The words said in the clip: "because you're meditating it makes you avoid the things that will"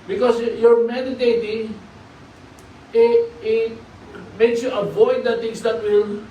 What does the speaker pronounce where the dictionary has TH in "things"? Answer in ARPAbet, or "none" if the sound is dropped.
T